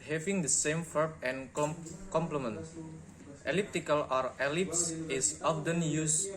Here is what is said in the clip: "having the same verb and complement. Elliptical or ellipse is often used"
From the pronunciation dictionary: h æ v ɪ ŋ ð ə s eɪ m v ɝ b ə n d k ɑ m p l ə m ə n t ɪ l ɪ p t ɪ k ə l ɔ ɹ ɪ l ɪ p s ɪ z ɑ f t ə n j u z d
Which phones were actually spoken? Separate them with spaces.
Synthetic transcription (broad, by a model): h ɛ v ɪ ŋ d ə s eɪ m f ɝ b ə n k ɑ m p l ə m ə n t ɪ l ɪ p t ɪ k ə l ɔ ɹ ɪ l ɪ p s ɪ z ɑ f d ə n j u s